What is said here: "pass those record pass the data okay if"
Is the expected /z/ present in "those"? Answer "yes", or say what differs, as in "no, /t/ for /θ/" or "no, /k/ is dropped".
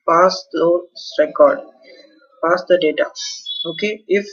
no, /z/ is dropped